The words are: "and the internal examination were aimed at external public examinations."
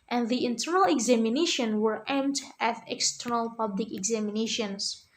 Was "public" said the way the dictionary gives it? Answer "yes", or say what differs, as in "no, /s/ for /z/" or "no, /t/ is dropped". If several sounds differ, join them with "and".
yes